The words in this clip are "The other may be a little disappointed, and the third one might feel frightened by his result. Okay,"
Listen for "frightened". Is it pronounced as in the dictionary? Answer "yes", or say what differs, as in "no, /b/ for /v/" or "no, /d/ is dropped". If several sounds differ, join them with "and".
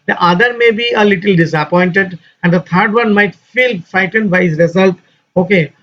no, /ɹ/ is dropped